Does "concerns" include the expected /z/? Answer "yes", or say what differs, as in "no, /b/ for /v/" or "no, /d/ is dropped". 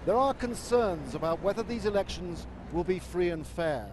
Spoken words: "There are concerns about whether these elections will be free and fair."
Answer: yes